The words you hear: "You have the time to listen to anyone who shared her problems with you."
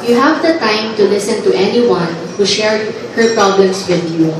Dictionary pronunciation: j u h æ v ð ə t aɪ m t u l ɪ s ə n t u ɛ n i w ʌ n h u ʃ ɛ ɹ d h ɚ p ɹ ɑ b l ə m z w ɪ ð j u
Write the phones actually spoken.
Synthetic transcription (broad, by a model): j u h æ v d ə t aɪ m t u l ɪ s ə n t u ɛ n i w ʌ n h u ʃ ɛ ɹ d h ɚ p ɹ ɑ b l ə m s w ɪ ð j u